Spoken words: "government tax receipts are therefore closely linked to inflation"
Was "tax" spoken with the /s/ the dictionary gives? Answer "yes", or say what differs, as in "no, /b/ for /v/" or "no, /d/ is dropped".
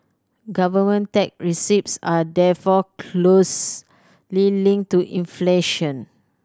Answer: no, /s/ is dropped